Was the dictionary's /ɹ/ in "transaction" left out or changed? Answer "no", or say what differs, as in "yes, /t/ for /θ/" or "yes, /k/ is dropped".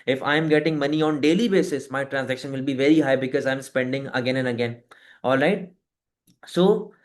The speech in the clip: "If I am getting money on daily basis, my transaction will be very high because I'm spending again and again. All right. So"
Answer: no